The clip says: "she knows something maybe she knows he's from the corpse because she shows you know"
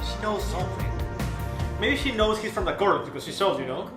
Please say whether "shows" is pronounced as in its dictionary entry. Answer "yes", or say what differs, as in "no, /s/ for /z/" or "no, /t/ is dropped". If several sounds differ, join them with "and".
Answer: no, /s/ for /ʃ/